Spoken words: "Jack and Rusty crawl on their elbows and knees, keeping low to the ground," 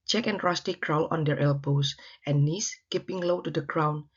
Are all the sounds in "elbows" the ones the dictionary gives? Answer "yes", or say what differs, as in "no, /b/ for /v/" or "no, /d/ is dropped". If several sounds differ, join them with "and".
no, /s/ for /z/